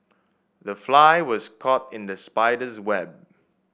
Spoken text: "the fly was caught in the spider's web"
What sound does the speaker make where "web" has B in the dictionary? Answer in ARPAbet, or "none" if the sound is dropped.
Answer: B